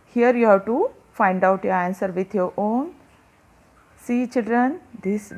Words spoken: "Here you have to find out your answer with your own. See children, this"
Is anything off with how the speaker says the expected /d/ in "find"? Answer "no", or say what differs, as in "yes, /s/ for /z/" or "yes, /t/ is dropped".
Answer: no